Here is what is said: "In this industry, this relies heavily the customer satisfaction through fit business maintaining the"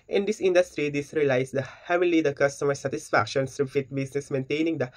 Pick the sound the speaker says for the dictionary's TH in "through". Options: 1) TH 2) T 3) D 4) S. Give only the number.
4